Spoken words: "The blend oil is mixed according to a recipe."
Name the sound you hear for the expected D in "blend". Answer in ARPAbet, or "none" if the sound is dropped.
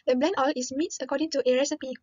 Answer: none